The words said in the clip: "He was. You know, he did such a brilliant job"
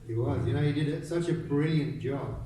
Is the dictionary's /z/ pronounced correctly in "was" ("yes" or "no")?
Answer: yes